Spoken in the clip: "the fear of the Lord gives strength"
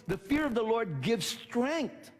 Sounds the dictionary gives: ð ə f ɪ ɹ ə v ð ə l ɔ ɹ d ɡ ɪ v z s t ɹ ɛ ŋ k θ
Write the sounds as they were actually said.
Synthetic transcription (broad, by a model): ð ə f ɪ ɹ ə v ð ə l ɔ ɹ d ɡ ɪ v z s t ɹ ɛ ŋ k θ